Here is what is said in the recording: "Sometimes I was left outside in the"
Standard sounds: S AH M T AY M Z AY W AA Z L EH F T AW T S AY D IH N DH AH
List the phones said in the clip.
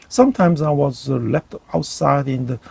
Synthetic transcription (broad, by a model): S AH M T AY M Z AY W AA Z L EH F T AW T S AY D IH N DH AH